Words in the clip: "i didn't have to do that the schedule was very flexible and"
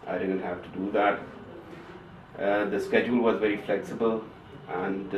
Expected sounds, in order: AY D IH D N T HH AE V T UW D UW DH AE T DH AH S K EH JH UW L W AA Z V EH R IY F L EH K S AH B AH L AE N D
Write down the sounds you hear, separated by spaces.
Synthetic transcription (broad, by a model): AY D IH D N T HH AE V T UW D UW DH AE T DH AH S K EH JH UW L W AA Z V EH R IY F L EH K S AH B AH L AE N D